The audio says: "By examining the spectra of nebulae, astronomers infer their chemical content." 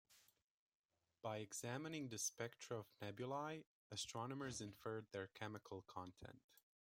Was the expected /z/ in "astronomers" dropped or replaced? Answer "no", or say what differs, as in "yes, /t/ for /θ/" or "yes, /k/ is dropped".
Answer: no